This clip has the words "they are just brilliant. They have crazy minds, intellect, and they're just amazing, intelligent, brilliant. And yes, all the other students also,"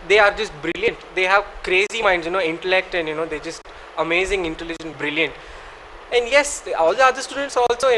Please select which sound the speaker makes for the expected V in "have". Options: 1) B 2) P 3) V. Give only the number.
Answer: 3